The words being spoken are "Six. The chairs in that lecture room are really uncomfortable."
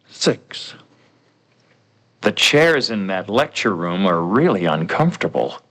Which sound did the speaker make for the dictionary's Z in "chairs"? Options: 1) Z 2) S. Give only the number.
1